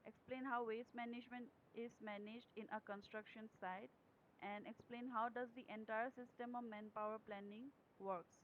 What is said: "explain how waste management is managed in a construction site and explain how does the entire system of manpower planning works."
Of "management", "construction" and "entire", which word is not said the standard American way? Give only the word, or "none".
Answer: none